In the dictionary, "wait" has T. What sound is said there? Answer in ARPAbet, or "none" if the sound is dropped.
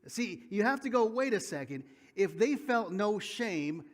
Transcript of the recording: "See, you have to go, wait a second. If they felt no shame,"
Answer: T